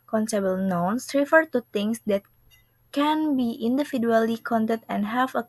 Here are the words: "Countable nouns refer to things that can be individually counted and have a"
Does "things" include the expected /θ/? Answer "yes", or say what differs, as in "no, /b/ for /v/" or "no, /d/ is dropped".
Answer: no, /t/ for /θ/